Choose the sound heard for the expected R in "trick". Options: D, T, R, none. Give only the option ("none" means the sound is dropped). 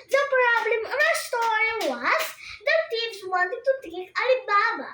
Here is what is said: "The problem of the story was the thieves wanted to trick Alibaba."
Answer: none